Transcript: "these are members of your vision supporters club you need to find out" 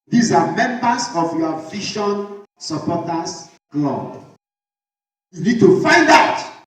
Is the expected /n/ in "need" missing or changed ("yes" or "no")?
no